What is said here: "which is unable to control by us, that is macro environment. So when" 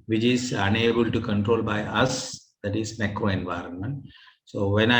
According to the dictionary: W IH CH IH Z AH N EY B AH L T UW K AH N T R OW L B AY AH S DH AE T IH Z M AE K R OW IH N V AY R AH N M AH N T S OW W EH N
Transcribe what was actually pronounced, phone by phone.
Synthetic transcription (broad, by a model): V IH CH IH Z AH N EY B AH L T UW K AH N T R OW L B AY AH S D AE T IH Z M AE K R OW IH N V AY R AH N M AH N T S OW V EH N